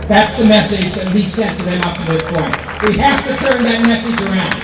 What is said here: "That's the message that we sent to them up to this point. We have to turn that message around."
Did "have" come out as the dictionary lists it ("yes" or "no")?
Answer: no